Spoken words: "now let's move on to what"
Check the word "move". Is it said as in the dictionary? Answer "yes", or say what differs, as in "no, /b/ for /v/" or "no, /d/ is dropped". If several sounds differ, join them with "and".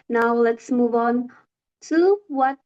yes